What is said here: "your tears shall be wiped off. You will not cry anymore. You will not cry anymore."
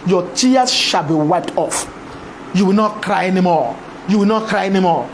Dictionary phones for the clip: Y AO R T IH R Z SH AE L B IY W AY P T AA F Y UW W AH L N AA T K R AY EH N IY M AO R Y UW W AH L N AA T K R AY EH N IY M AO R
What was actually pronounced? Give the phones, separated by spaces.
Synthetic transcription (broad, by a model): Y AO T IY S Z SH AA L B IY W AY P T AA F Y UW W AH L N AA T K R AY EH N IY M AO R Y UW W AH L N AA T K R AY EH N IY M AO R